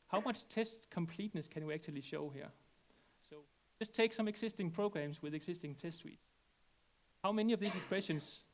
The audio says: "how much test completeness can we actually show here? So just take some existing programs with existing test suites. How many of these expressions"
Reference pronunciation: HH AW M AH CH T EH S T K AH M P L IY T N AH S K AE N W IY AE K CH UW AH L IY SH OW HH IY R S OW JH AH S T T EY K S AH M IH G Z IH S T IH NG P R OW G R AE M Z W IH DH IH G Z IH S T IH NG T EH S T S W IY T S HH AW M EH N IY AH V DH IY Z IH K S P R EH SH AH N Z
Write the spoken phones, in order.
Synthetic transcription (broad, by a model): HH AW M AH CH T EH S T K AH M P L IY T N AH S K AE N W IY AE K CH UW AH L IY SH OW HH IY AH S OW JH AH S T T EY K S AH M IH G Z IH S T IH NG P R OW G R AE M S W IH DH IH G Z IH S T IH NG T EH S T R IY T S HH AW M EH N IY AH V DH IY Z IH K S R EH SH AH N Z